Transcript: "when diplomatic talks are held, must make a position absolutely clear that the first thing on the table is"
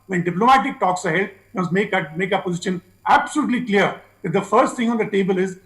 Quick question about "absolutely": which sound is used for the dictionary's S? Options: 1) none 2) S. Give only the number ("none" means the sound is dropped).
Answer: 2